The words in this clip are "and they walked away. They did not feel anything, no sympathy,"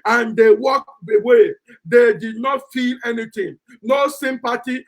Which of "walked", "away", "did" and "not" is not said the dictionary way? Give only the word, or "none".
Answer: walked